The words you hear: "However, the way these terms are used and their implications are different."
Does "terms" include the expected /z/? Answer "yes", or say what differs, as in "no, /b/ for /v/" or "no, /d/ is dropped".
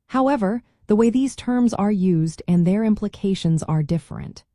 yes